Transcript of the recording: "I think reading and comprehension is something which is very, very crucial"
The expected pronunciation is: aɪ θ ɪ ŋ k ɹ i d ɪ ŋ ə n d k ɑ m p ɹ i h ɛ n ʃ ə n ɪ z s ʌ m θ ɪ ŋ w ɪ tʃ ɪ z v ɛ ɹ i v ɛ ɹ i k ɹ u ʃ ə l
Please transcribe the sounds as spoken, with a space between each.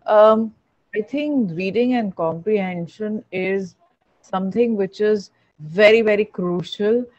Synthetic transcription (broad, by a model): aɪ t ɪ ŋ k ɹ i d ɪ ŋ ə n d k ɑ m p ɹ i h ɛ n ʃ ə n ɪ z s ʌ m t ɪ ŋ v ɪ tʃ ɪ z v ɛ ɹ i v ɛ ɹ i k ɹ u ʃ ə l